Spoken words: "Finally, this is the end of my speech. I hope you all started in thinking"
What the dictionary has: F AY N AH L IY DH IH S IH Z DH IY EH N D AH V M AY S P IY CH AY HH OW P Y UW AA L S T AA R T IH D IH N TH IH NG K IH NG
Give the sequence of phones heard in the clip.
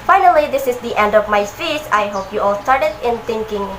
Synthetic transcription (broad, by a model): F AY N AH L IY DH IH S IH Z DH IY EH N D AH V M AY S IY S AY HH OW P Y UW AA L S T AA R T IH D IH N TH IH NG K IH NG